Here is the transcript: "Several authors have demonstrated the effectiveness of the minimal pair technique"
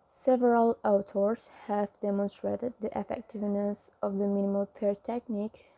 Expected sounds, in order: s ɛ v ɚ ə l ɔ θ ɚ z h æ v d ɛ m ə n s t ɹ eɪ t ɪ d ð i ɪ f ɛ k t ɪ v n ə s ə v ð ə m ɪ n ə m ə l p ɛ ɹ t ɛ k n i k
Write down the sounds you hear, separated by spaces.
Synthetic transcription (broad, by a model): s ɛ v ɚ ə l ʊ t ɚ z h æ v d ɛ m ə n s t ɹ eɪ t ɪ d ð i ɪ f ɛ k t ɪ v n ə s ə v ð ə m ɪ n ə m ə l p ɛ ɹ t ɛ k n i k